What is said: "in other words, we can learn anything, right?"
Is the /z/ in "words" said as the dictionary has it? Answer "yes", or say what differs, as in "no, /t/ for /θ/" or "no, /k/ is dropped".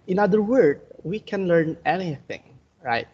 no, /z/ is dropped